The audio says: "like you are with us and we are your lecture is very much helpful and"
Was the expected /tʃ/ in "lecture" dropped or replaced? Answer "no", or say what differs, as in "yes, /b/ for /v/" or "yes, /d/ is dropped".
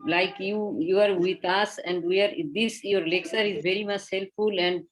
yes, /s/ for /tʃ/